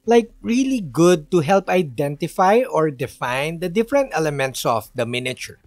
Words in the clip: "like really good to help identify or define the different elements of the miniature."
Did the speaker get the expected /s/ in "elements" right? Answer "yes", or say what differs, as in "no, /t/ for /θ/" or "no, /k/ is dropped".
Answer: yes